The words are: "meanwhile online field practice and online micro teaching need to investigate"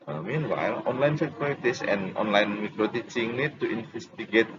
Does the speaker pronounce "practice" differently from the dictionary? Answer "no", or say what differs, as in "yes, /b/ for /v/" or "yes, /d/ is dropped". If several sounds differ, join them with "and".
yes, /k/ is dropped